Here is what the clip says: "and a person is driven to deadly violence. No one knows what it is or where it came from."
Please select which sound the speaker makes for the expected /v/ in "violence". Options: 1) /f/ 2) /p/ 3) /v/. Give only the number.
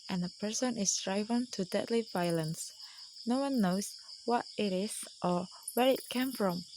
3